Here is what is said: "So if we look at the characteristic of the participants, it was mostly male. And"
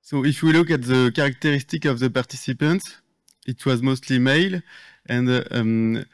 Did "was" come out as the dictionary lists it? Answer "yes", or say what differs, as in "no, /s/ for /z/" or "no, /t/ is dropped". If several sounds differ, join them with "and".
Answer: yes